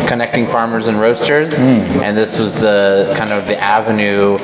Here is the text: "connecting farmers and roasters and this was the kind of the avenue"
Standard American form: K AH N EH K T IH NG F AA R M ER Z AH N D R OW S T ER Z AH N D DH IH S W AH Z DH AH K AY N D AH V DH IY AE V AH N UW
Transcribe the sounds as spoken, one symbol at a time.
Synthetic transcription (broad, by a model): K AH N EH K T IH NG F AA R M ER Z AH N R OW S T ER Z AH N DH IH S W AH Z DH AH K AY N D AH V DH IY AE V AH N UW